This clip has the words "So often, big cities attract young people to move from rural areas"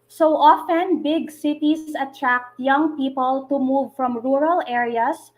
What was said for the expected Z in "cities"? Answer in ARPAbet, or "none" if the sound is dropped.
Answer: S